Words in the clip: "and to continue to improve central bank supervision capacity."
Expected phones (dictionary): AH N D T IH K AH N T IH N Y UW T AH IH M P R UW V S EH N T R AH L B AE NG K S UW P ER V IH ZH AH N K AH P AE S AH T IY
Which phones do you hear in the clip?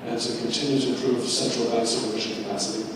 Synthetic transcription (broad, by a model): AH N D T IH K AH N T IH N Y UW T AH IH P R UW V S EH N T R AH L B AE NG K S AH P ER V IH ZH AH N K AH P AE S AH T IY